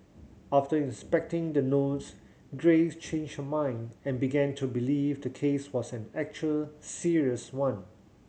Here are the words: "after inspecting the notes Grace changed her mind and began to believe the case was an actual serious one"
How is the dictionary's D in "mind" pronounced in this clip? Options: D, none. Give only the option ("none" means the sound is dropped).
D